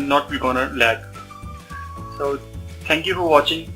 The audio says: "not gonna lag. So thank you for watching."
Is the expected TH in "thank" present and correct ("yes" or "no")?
no